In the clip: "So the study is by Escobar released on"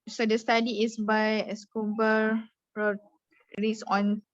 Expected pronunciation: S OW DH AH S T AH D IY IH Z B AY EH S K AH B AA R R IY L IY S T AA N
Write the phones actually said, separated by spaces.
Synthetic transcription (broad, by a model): S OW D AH S T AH D IY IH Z B AY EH S K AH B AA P R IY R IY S AA N